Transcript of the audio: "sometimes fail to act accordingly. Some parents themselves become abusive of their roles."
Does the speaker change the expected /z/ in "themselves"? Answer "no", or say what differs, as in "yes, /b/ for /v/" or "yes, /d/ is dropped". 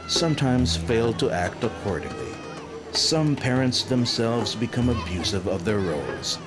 no